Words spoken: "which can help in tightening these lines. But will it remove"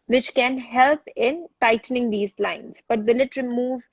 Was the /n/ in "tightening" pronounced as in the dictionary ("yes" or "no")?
yes